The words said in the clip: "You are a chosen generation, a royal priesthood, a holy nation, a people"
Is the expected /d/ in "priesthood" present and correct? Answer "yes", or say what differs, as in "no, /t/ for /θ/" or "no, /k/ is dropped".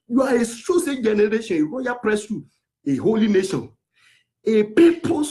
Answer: no, /d/ is dropped